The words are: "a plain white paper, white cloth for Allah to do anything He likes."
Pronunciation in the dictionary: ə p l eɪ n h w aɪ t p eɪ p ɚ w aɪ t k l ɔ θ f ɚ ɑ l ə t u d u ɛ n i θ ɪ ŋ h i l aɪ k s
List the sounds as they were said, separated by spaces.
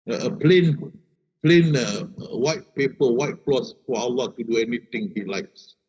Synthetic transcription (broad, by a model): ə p l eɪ n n w aɪ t p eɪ p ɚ w aɪ t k l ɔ s f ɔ ɑ l ə t u d u ɛ n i t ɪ ŋ h i l aɪ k s